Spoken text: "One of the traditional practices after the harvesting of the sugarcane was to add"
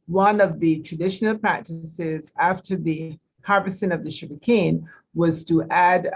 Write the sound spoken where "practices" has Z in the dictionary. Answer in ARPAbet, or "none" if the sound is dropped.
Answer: Z